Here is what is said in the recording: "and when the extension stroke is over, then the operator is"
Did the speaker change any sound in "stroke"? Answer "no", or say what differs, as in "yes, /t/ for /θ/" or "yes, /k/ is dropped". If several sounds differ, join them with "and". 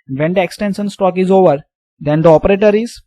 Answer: yes, /ɹ/ is dropped